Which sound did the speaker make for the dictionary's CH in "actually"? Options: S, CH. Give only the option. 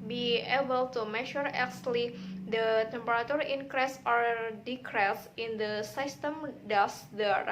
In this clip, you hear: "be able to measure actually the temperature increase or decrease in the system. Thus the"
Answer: S